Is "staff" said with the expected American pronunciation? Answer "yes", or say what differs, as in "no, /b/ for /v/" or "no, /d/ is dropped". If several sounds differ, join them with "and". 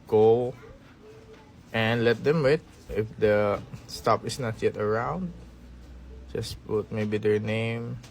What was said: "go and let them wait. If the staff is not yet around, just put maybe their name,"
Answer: no, /p/ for /f/